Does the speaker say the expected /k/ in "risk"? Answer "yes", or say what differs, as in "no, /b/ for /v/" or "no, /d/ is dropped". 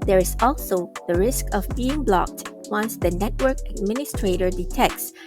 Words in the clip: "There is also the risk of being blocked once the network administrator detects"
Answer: yes